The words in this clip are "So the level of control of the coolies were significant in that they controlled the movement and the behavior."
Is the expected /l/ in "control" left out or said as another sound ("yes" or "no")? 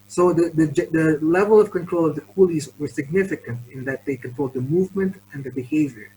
no